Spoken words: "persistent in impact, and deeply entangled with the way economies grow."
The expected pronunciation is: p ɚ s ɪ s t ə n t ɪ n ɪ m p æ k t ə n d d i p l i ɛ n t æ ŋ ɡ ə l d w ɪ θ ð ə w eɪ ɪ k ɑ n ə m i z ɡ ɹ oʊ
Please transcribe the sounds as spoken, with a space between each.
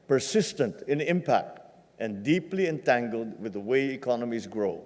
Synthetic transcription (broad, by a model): p ɚ s ɪ s t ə n t ɪ n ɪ m p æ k t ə n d d i p l i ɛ n t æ ŋ ɡ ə l d w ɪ ð ə w eɪ ɪ k ɑ n ə m i z ɡ ɹ oʊ